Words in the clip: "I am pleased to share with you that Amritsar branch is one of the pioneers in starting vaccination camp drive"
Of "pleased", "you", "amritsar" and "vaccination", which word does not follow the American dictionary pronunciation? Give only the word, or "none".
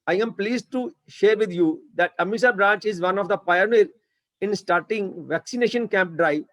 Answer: amritsar